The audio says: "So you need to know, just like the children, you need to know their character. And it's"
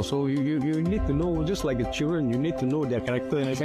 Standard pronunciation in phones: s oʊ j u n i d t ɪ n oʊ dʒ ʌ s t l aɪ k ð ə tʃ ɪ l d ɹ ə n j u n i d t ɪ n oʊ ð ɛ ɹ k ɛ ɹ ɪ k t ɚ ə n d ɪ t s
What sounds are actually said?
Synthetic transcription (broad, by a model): s oʊ j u n i d t ɪ n oʊ dʒ ʌ s t l aɪ k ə tʃ ɪ l d ɹ ə n j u n i d t ɪ n oʊ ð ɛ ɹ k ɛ ɪ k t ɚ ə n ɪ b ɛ